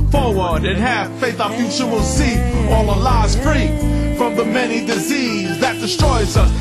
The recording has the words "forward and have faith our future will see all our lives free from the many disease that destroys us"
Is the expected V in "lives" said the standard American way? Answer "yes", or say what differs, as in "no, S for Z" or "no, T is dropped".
no, V is dropped